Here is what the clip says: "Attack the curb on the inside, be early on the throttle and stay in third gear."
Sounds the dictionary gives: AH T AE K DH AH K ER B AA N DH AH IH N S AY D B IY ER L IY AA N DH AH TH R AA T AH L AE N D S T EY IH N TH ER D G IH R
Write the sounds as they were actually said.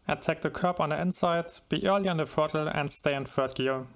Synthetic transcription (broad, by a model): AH T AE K DH AH K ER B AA N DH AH IH N S AY D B IY ER L IY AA N DH AH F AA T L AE N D S T EY IH N F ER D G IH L